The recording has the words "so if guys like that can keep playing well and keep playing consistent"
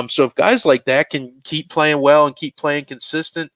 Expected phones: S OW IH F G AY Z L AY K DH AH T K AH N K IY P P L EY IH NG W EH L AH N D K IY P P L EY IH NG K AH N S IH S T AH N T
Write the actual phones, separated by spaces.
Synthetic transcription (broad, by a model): S OW IH F G AY Z L AY K DH AH T K AH N K IY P P L EY IH NG W EH L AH N K IY P P L EY IH NG K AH N S IH S T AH N T